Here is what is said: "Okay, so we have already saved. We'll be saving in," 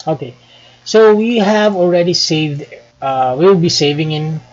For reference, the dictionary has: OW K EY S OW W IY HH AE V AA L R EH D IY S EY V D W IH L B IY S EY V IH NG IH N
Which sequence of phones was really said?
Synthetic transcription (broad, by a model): OW K EY S OW W IY HH AE V AA L R EH D IY S EY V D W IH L B IY S EY V IH NG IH N